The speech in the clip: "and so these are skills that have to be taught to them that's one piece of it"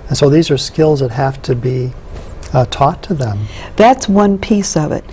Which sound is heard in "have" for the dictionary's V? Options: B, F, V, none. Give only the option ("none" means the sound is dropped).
F